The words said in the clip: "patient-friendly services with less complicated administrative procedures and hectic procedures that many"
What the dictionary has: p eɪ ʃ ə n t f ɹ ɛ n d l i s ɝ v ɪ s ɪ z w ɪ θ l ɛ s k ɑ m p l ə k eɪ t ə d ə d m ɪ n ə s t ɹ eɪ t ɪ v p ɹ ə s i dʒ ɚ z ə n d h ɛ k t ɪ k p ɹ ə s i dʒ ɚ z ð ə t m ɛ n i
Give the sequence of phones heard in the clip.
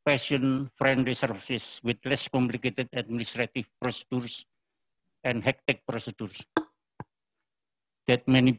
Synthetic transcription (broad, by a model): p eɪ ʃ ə n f ɹ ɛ n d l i s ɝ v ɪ s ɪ s w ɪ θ l ɛ s k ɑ m p l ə k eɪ t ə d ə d m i n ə s t ɹ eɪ t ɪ f p ɹ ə s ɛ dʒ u s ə n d h ɛ k t ɪ k p ɹ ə s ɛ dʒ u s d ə t m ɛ n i